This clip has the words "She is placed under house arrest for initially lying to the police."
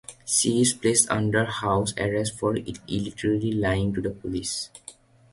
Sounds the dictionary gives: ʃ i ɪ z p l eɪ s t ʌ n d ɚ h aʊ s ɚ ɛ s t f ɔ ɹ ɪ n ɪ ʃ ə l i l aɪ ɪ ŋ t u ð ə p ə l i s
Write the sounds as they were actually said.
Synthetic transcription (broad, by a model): s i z p l eɪ s t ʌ n d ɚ h aʊ s ɚ ɛ s t f ɔ ɹ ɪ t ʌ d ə l i l aɪ ɪ ŋ t u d ə p ə l i s